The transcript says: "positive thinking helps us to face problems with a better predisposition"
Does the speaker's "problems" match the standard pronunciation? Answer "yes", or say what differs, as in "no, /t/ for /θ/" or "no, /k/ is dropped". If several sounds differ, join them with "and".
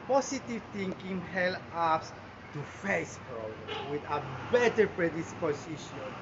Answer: no, /z/ is dropped